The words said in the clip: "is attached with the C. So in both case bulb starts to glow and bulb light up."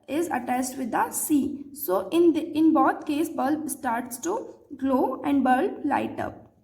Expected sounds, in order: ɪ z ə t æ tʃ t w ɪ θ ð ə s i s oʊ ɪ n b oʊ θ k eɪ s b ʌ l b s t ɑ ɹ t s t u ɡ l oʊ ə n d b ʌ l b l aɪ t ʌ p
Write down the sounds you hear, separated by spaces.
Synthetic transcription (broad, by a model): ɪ z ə t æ s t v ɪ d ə s i s oʊ ɪ n b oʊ t k eɪ s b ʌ l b s t ɑ ɹ t s t u ɡ l oʊ ə n d b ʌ l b l aɪ t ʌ p